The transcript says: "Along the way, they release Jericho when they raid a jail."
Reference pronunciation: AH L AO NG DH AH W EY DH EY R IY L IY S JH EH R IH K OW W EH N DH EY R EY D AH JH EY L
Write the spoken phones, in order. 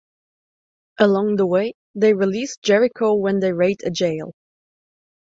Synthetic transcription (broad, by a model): AH L AO NG DH AH W EY DH EY R IY L IY S JH EH R IH K OW W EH N DH EY R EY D AH JH EY L